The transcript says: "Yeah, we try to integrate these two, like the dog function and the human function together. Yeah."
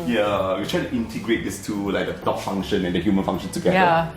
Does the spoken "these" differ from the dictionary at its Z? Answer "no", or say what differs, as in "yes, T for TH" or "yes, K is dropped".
yes, S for Z